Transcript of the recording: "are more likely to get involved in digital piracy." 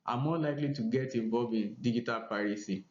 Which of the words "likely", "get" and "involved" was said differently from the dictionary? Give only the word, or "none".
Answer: involved